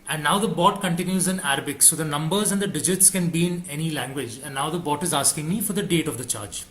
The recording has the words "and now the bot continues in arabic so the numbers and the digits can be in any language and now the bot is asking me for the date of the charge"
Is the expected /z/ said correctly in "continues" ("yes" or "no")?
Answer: yes